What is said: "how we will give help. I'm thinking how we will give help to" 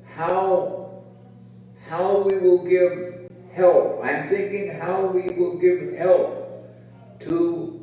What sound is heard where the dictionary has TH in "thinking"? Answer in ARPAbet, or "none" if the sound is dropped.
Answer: TH